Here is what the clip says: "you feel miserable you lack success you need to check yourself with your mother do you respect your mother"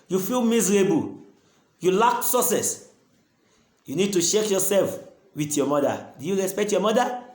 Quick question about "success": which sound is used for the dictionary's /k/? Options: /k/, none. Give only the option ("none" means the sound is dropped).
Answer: none